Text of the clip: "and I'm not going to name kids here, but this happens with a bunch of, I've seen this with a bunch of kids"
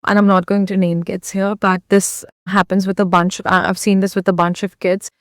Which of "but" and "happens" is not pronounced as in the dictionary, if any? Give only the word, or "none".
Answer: none